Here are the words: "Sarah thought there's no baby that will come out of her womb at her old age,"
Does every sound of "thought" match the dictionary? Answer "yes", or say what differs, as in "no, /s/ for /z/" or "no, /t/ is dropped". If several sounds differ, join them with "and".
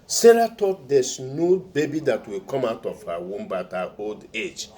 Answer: no, /t/ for /θ/